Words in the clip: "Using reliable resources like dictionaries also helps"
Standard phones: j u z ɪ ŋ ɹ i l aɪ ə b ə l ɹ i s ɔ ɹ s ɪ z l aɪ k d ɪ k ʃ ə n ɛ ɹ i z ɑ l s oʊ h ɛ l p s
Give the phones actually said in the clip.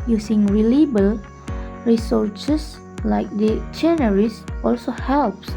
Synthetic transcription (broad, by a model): j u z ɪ ŋ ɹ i l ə b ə l ɹ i s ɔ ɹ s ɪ s l aɪ k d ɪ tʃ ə n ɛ ɹ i s ɑ l s oʊ h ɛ l p s